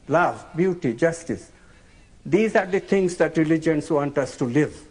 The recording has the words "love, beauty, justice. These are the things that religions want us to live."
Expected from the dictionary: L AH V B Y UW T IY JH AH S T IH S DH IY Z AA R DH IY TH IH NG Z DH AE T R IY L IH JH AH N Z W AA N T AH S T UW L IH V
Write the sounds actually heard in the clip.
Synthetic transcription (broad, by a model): L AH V B Y UW T IY JH AH S T IH S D IY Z AA R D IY T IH NG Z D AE T R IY L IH JH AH N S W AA N T AH S T UW L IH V